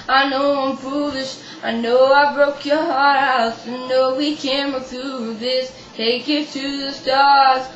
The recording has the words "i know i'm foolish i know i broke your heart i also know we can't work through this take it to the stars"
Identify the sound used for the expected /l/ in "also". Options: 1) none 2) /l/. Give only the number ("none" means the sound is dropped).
1